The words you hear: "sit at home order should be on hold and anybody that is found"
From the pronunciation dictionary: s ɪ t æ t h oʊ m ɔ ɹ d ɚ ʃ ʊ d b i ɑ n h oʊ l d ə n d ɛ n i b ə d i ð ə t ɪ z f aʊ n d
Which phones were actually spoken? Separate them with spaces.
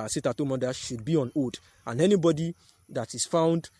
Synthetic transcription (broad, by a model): s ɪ t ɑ t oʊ m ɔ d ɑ ʃ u d b i ɑ n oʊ d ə n ɛ n i b ə d i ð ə t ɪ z f aʊ n d